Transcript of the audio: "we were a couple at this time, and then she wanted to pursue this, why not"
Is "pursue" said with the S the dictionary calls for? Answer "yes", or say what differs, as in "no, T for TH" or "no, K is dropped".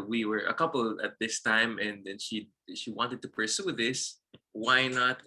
yes